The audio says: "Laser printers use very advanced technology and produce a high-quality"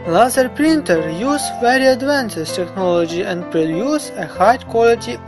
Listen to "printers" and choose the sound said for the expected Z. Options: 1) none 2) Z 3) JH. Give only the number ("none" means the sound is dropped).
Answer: 1